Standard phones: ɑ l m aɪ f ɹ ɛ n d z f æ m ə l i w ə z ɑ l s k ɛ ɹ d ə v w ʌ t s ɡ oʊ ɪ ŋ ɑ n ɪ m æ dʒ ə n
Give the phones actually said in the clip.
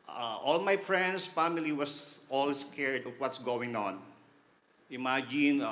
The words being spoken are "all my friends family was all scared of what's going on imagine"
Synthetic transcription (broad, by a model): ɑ l m aɪ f ɹ ɛ n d s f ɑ m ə l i w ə s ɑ l s k ɛ ɹ d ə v w ʌ t s ɡ oʊ ɪ ŋ ɑ n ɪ m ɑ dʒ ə n